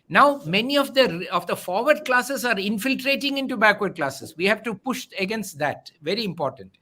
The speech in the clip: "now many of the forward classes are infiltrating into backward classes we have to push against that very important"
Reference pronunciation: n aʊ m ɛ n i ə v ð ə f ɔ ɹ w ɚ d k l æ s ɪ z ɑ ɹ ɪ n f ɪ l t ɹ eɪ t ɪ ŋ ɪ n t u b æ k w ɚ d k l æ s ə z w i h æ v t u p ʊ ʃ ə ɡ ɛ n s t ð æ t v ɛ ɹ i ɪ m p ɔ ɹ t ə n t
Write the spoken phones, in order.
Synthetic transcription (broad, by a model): n aʊ m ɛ n i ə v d ə f ɔ ɹ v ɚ d k l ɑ s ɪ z ɑ ɹ ɪ n f ɪ l t ɹ eɪ t ɪ ŋ ɪ n t u b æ k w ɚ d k l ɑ s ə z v i h æ v t u p ʊ ʃ ə ɡ ɛ n s t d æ t v ɛ ɹ i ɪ m p ɔ ɹ t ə n t